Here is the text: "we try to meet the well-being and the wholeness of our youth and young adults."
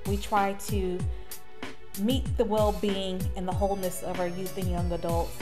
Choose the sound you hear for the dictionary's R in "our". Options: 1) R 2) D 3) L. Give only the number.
1